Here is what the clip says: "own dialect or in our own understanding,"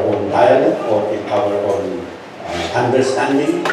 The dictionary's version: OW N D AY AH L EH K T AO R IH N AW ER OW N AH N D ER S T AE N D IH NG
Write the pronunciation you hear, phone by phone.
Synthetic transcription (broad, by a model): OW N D AY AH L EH T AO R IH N AW ER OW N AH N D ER S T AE N D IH NG